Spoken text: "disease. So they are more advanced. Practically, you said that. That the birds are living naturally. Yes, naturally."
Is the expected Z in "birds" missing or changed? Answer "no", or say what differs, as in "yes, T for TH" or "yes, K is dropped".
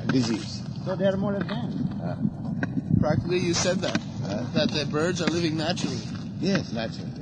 no